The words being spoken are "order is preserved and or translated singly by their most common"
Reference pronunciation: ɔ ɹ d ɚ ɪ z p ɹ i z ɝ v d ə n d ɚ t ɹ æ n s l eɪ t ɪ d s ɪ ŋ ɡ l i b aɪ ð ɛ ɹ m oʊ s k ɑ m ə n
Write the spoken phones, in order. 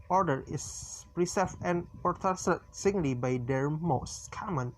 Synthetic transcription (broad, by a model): ɔ ɹ d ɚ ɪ s p ɹ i s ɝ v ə n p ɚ t æ s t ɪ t s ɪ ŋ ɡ l i b aɪ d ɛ ɹ m oʊ s k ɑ m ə n